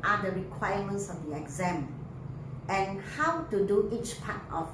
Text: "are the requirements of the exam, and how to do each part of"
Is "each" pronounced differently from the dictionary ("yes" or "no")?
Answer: no